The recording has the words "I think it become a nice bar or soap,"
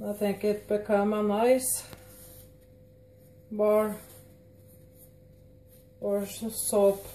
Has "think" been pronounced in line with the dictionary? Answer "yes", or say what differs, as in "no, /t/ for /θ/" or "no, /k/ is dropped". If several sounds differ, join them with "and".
yes